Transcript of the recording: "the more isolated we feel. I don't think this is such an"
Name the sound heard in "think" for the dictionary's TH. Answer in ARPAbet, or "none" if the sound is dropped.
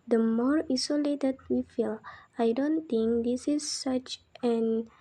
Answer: T